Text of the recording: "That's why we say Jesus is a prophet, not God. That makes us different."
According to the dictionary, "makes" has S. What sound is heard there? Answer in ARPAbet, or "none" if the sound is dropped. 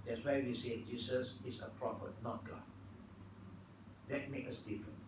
none